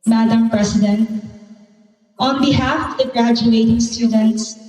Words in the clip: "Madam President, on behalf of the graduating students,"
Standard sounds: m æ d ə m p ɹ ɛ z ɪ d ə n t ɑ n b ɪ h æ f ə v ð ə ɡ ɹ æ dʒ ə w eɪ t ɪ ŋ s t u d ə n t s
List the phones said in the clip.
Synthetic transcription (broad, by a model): m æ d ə m p ɹ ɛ s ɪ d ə n t ɑ n b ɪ h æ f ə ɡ ɹ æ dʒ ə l eɪ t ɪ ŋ s t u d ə n t s